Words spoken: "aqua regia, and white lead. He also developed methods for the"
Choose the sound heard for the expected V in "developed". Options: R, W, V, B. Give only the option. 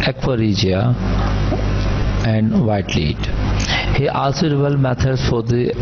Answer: B